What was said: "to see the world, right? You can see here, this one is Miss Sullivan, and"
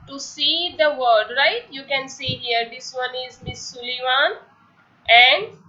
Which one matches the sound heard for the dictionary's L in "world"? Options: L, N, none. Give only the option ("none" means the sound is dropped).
none